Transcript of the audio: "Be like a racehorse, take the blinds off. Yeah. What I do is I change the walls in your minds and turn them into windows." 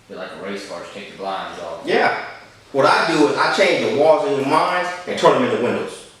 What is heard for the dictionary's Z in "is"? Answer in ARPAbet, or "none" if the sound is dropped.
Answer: Z